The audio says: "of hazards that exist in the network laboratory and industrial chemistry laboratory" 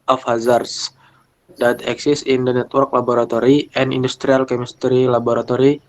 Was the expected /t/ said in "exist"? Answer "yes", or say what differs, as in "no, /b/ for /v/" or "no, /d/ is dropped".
no, /t/ is dropped